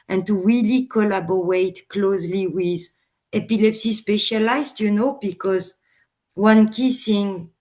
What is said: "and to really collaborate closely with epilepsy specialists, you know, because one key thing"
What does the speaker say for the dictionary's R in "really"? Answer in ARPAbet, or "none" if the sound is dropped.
W